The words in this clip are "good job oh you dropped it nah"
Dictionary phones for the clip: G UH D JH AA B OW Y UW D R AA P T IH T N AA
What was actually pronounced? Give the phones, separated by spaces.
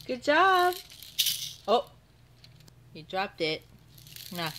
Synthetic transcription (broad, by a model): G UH D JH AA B OW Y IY D R AA P T IH T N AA